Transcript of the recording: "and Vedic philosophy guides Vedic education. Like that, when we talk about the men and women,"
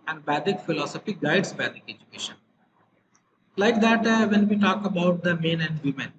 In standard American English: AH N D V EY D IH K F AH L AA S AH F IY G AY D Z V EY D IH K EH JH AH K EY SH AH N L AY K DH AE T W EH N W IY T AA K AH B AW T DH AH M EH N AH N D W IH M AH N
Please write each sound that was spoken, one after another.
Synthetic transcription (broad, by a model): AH N D B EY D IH K F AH L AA S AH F IY G AY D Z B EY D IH K EH JH AH K EY SH AH N L AY K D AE T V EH N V IY T AA K AH B AW T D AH M EH N AH N D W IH M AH N